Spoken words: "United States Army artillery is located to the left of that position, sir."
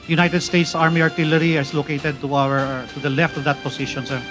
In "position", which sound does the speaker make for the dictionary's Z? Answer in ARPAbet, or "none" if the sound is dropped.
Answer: S